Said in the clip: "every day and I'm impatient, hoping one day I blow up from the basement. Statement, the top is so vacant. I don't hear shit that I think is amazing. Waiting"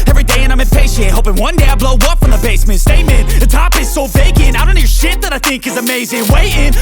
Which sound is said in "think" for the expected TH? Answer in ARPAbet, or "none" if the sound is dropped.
TH